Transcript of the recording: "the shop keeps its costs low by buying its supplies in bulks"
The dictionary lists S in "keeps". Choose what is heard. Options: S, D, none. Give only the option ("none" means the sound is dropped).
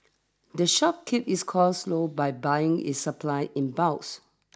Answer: none